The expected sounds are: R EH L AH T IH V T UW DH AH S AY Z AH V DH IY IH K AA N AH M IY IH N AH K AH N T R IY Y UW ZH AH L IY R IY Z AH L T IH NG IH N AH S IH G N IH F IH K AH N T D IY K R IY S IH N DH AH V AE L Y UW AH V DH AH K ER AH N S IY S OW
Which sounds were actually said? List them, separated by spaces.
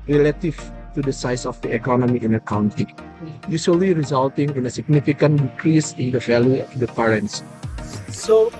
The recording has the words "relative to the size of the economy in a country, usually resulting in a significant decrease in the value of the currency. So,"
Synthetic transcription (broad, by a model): R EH L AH T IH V T UW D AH S AY S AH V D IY IH K AA N AH M IY IH N AH K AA N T IY Y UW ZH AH L IY R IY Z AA L T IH NG IH N AH S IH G N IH F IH K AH N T D IY K R IY S IH N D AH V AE L Y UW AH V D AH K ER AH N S S OW